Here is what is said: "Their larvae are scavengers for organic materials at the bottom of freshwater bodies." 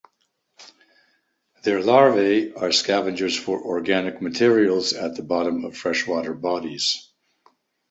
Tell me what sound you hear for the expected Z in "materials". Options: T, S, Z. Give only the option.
Z